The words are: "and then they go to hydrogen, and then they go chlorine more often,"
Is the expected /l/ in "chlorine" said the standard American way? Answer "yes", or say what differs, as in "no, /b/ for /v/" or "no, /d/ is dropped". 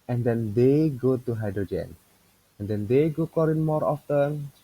no, /l/ is dropped